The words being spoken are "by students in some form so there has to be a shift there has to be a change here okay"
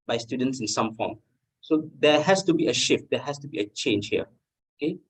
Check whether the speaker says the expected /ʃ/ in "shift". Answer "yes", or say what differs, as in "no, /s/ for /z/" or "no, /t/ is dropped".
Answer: yes